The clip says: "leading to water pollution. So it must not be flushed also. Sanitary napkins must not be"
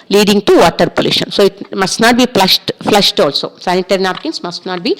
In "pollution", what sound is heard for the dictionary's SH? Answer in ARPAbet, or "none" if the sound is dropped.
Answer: SH